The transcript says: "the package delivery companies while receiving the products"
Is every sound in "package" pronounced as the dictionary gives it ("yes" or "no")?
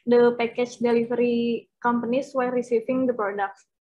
no